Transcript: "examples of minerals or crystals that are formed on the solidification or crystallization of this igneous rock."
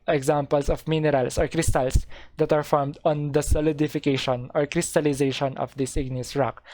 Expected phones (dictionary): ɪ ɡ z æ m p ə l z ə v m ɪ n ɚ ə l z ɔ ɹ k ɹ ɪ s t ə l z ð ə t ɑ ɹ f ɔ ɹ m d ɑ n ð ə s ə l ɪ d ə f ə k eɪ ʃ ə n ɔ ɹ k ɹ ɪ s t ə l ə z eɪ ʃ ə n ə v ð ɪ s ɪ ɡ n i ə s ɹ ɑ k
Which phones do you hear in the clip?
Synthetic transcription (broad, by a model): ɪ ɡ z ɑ m p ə l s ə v m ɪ n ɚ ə l s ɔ ɹ k ɹ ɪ s t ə l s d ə t ɑ ɹ f ɔ ɹ m d ɑ n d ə s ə l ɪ d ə f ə k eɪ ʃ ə n ɔ ɹ k ɹ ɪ s t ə l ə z eɪ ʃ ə n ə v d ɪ s ɪ ɡ n i ə s ɹ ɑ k